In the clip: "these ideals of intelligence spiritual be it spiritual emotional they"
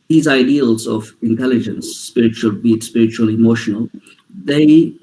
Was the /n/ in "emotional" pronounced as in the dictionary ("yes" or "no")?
yes